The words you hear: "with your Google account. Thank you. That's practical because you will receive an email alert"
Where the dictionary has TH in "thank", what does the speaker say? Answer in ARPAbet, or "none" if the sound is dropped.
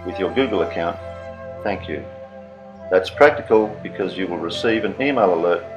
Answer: TH